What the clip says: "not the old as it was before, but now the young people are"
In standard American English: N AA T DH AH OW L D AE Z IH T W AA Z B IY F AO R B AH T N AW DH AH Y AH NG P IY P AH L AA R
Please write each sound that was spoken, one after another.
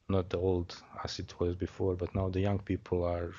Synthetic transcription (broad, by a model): N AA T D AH OW L D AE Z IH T W AA Z B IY F AO R B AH T N AW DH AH Y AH NG P IY P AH L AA R